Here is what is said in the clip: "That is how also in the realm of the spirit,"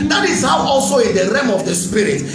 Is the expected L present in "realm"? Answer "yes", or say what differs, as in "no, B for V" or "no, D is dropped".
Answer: no, L is dropped